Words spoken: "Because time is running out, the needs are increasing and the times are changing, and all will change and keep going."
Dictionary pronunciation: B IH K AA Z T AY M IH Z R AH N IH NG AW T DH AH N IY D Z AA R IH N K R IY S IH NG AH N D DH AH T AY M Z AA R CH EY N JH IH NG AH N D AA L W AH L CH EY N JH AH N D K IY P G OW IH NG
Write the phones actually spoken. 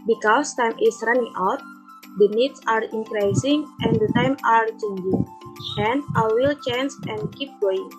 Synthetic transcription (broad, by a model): B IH K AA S T AY M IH S R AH N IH NG AW T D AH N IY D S AA R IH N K R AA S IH NG AH N D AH T AY M AA R CH EY N JH IH NG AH N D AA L W AH L CH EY N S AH N K IY P G OW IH NG